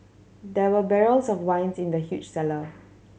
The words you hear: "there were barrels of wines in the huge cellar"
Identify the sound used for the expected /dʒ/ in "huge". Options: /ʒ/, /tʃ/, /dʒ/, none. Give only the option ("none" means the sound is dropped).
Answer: /tʃ/